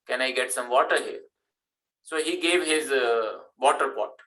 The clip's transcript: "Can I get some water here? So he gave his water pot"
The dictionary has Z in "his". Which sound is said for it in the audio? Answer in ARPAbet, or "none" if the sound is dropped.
Z